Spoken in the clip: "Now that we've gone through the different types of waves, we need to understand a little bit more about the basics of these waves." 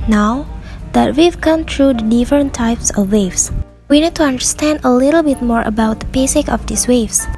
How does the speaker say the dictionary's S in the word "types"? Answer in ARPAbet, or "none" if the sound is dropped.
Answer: S